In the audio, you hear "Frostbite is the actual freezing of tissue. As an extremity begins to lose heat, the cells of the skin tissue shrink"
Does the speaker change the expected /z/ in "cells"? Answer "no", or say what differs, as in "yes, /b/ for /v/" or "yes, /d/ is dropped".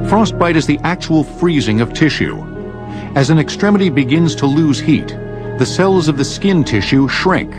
no